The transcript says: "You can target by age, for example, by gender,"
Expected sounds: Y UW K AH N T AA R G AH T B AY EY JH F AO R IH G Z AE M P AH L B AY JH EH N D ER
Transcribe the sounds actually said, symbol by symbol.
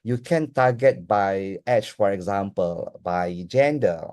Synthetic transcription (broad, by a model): Y UW K AH N T AA G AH T B AY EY CH F AO R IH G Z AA M P AH L B AY JH EH N D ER